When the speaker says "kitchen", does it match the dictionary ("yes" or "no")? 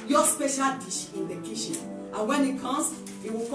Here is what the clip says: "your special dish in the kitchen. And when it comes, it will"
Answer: no